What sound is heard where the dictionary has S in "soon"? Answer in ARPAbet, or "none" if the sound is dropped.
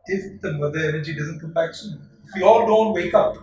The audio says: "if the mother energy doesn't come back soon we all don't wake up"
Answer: SH